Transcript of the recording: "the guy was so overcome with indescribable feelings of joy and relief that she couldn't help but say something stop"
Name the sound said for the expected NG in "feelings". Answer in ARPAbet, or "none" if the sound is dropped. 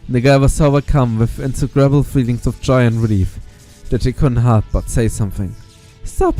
NG